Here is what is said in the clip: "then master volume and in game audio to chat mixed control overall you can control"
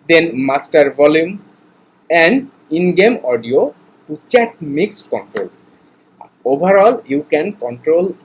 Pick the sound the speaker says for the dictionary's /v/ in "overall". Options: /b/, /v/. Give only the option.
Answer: /b/